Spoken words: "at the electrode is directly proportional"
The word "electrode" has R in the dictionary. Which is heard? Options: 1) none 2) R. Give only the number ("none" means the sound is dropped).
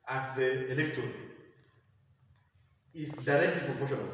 1